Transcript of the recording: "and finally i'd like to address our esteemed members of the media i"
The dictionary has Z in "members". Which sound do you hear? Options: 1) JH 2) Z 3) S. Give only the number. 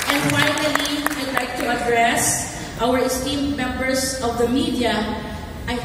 3